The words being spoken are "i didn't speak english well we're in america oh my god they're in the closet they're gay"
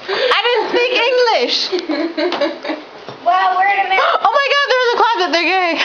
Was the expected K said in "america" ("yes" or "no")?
no